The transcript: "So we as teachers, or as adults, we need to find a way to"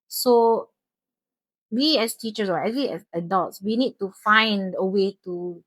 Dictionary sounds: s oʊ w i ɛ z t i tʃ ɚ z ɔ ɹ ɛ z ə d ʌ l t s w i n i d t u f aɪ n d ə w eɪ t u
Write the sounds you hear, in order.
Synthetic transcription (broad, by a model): s oʊ w i ɛ s t i tʃ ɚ s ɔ w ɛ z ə d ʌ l t s w i n i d t u f aɪ n d ə w eɪ t u